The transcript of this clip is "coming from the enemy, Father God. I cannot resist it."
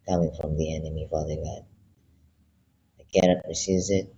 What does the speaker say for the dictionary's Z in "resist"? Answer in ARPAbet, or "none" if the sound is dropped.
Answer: S